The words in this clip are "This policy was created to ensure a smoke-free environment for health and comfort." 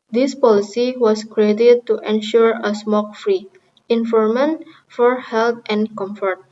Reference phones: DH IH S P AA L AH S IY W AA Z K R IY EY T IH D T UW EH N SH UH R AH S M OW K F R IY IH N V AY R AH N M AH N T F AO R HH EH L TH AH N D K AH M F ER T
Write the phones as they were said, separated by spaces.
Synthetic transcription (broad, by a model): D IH S P AA L AH S IY W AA S K R IY EY T IH D T UW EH N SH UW R AH S M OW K F R IY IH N F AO R M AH N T F AO R HH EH L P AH N K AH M F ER T